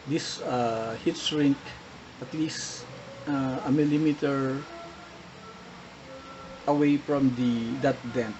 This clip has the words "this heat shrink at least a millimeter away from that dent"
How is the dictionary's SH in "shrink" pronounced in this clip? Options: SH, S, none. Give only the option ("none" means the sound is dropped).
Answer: S